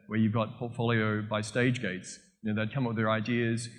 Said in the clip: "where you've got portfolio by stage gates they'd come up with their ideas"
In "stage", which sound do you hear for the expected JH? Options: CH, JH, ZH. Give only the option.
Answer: JH